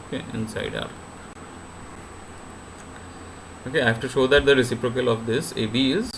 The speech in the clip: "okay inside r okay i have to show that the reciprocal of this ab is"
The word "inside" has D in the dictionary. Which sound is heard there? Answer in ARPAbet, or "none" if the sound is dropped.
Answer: D